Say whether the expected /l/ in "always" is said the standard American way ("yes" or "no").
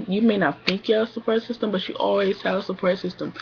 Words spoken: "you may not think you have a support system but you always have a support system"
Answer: yes